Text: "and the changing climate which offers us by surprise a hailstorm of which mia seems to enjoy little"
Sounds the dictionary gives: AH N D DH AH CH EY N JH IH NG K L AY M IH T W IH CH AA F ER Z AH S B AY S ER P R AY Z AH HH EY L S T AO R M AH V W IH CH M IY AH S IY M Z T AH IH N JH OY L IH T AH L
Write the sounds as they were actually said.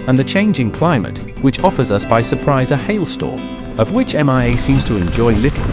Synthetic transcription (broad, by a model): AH N DH AH CH EY N JH IH NG K L AY M IH T W IH CH AA F ER Z AH S B AY S ER P R AY Z AH HH EY L S T AO R AH V W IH CH M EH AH S IY M Z T AH IH N JH OY L IH T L